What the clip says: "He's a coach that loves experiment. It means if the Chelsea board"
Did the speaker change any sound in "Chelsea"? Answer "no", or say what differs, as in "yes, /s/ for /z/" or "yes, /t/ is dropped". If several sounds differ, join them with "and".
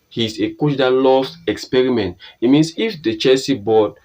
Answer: yes, /l/ is dropped